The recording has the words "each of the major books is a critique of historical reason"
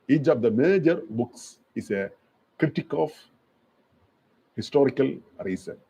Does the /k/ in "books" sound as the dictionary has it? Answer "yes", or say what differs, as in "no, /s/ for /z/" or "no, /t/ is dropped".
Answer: yes